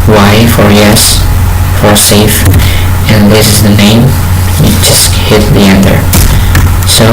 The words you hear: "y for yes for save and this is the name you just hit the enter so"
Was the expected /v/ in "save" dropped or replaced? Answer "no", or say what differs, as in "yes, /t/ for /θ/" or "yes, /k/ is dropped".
yes, /f/ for /v/